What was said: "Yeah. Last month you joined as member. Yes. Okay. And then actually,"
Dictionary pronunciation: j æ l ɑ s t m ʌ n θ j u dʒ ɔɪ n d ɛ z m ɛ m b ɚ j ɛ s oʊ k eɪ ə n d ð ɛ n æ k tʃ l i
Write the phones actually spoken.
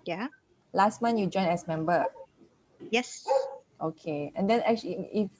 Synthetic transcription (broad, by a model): j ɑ l ɑ s t m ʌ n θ j u dʒ ɔɪ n ɛ s m ɛ m b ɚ j ɛ s oʊ k eɪ ə n d ɛ n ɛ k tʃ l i